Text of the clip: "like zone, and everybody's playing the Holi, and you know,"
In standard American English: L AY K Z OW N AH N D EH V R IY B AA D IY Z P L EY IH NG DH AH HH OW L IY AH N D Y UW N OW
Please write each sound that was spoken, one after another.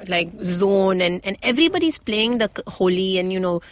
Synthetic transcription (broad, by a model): L AY K Z OW N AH N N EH V R IY B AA D IY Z P L EY IH NG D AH HH OW L IY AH N Y UW N OW